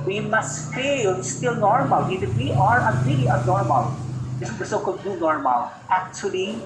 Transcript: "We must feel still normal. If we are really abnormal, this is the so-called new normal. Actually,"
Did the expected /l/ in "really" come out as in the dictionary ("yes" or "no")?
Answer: no